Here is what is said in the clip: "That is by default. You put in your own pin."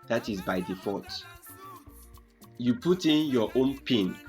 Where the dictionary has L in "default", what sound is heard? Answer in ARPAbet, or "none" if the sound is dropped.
none